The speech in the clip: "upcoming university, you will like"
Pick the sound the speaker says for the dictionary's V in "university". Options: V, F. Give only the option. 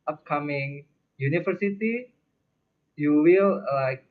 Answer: F